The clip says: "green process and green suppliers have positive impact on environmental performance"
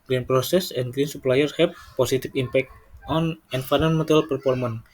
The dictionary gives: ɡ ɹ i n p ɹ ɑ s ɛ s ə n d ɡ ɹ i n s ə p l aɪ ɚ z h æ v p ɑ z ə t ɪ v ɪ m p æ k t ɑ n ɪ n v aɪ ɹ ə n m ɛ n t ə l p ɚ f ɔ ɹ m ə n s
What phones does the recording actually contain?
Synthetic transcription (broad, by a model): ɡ ɹ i n p ɹ ɑ s ɛ s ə n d ɡ ɹ i n s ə p l aɪ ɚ h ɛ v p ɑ s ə t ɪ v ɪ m p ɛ k t ɑ n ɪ n f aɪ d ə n m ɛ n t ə l p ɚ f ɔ ɹ m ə n